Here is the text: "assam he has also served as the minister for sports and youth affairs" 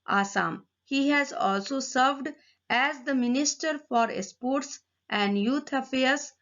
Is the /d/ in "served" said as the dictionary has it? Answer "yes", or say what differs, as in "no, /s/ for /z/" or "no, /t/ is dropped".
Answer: yes